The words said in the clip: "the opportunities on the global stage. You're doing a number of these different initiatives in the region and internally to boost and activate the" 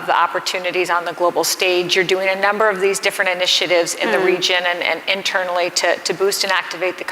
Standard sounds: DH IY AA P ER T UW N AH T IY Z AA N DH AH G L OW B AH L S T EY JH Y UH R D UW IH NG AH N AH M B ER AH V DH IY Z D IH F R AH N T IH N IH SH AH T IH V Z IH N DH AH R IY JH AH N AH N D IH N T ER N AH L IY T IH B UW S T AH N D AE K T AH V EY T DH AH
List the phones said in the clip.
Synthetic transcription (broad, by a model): DH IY AA P ER T UW N AH T IY Z N DH AH G L OW B L S T EY JH Y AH R D UW IH NG AH N AH M B ER AH V DH IY Z D IH F R AH N T IH N IH SH AH T IH V Z IH N DH AH R IY JH AH N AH N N IH N T ER N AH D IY T IH B UW S T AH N AE K T AH V EY T DH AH